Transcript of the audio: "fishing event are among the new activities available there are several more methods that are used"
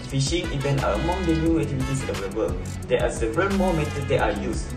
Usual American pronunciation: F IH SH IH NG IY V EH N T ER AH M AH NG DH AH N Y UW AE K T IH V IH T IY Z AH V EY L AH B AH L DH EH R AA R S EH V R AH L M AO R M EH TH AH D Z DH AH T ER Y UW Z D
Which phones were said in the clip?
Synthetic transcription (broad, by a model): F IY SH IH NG IY V EH N T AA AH M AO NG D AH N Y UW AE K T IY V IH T IY S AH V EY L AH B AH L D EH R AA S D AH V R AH N M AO M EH T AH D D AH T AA Y UW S